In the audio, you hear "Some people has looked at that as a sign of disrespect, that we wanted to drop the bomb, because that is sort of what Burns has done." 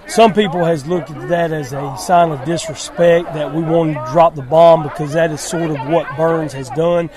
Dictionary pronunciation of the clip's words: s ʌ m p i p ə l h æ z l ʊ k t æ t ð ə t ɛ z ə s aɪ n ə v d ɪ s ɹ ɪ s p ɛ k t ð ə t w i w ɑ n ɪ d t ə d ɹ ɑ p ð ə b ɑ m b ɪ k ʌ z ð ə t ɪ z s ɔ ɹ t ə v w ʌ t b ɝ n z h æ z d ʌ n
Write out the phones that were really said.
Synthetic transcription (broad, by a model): s ʌ m p i p l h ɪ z l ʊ k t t ð ə t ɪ z ə s aɪ n ə v d ɪ s ɹ ɪ s p ɛ k t ð ə t w i w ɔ ɪ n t d ɹ ɑ p ð ə b ɑ m b ɪ k ʌ z ð ə t ɪ z s ɔ ɹ t ə v w ʌ t b ɝ n z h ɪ z d ʌ n